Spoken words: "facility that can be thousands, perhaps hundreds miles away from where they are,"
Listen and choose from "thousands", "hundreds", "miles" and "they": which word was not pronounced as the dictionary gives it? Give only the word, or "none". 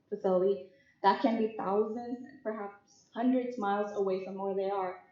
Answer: none